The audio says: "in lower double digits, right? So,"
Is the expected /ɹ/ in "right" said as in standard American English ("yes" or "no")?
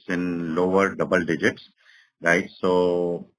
yes